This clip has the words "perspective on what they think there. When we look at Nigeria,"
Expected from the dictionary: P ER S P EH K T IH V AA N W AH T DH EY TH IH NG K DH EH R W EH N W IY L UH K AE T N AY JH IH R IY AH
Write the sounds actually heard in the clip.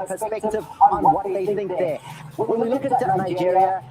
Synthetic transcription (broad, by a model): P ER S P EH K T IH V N W AH T DH EY TH IH NG K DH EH W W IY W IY L UH K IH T N AY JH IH R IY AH